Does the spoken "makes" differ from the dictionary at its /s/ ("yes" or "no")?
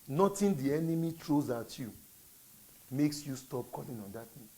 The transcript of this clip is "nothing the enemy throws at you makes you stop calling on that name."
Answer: no